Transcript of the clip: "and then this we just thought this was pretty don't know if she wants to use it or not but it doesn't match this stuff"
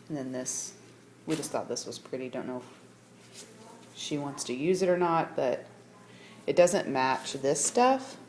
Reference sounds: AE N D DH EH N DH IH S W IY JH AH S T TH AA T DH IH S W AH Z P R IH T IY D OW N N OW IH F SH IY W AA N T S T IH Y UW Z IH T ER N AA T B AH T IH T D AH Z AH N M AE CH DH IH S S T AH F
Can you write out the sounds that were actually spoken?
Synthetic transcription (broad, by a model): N DH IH N DH IH S W IY JH AH S T TH AA T DH IH S W AH Z P R IH T IY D OW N N OW IH F SH IY W AA N T S T IH Y UW Z IH T ER N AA T B AH T IH T D AH Z AH N M AE CH DH IH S S T AH F